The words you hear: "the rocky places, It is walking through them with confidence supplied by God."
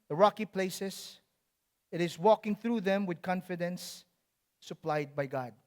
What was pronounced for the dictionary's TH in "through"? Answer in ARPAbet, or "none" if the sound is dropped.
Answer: TH